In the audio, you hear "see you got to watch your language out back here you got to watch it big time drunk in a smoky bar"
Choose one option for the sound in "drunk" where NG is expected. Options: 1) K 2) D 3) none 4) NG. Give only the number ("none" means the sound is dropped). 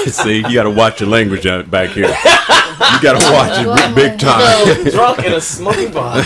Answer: 3